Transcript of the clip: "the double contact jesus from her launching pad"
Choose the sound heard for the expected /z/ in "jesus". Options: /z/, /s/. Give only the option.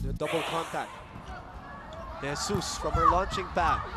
/s/